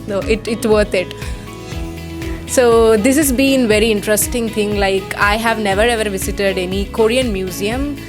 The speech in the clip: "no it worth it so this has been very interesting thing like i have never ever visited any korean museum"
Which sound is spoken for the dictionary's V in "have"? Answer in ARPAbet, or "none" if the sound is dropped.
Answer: V